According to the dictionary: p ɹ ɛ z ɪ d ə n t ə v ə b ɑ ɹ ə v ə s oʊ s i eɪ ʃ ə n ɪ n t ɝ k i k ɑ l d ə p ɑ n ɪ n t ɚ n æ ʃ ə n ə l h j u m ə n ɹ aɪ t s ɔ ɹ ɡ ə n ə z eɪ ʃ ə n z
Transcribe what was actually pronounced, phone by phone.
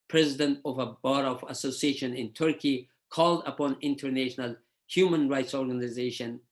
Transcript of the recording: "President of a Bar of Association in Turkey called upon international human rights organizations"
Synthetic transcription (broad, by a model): p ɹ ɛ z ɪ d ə n t ə v ə b ɑ ɹ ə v ə s oʊ s i eɪ ʃ ə n ɪ n t ɝ k i k ɑ l d ə p ɑ n ɪ n t ɚ n æ ʃ ə n ə l h j u m ə n ɹ aɪ t s ɔ ɹ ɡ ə n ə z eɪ ʃ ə n